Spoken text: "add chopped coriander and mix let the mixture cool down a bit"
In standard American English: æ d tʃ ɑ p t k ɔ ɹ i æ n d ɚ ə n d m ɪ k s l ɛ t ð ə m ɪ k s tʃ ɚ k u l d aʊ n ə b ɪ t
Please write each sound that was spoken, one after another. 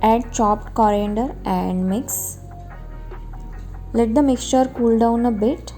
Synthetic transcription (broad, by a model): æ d tʃ ɑ p t k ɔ ɹ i n d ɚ ə n d m ɪ k s l ɛ t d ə m ɪ k s tʃ ɚ k u l d aʊ n ə b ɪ t